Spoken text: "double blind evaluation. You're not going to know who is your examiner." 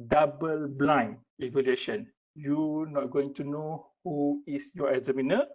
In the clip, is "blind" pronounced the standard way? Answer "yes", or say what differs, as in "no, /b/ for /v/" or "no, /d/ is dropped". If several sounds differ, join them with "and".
no, /d/ is dropped